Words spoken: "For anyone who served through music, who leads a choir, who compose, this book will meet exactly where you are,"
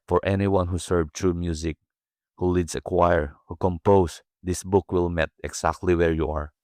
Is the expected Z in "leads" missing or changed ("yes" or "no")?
yes